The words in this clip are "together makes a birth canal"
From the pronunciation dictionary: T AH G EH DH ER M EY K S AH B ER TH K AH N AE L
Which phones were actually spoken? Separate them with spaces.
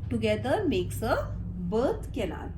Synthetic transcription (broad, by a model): T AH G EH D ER M EY K S AH B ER T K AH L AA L